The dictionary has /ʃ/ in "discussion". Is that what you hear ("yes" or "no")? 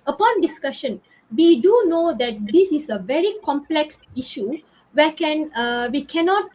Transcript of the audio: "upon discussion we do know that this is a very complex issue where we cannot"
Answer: yes